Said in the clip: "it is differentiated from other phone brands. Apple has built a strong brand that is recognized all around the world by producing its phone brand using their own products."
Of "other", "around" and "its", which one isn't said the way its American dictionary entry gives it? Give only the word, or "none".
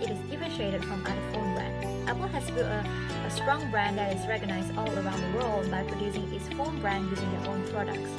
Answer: other